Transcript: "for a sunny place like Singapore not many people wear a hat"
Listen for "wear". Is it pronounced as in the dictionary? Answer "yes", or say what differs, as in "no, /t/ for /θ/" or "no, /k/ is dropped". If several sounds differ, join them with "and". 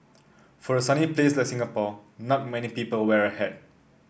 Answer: yes